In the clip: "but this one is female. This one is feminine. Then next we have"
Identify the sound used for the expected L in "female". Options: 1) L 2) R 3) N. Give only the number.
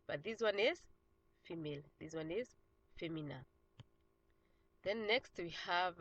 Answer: 1